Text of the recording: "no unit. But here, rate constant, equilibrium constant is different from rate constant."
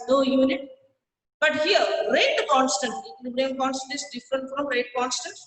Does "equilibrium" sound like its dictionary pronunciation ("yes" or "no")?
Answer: no